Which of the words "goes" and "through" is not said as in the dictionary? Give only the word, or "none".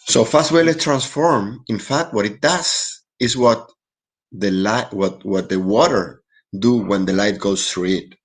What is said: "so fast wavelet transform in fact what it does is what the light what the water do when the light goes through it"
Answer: goes